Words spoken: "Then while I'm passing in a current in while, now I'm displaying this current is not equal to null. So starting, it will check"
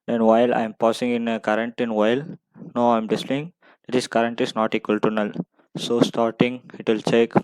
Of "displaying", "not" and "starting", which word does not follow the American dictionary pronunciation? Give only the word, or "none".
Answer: displaying